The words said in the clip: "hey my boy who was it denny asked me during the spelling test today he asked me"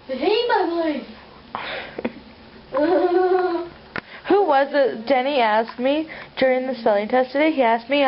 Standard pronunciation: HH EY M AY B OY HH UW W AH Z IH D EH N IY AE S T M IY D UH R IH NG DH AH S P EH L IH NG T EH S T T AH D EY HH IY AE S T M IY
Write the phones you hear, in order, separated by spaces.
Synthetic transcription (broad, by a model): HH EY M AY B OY HH UW W AH Z IH D EH N IY AE S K M IY D UH R IH NG DH AH S EH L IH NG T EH S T T AH D EY HH IY AE S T M IY